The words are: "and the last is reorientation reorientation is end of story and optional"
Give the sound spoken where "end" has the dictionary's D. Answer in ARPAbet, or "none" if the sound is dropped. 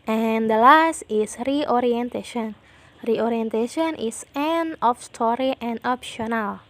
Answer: none